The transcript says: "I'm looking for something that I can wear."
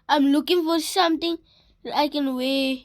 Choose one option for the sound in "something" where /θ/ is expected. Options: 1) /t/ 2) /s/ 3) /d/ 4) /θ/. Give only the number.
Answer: 1